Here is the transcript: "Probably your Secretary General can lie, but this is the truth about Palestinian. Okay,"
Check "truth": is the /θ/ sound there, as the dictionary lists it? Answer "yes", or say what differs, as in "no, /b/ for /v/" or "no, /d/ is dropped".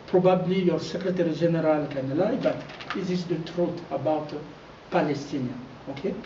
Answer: no, /t/ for /θ/